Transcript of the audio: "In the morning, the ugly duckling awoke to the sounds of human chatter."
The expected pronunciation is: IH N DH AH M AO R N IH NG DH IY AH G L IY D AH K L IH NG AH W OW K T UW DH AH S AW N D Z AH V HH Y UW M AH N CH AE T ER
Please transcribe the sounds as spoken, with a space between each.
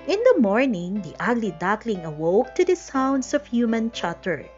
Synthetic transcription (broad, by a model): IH N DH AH M AO R N IH NG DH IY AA G L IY D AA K L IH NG AH W OW K T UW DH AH S AW N D S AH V HH Y UW M AH N CH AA T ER